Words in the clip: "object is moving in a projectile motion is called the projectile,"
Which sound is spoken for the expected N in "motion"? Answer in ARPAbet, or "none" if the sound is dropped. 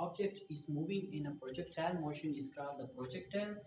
N